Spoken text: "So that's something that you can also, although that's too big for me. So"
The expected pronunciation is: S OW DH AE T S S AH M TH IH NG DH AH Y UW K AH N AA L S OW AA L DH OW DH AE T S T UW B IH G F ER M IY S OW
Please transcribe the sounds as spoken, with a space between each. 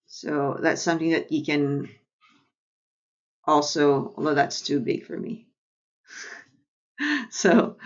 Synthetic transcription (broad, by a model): S OW DH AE T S S AH M TH IH NG DH AH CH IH K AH N AA L S OW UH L OW DH AE T S T UW B IH G F ER M IY S OW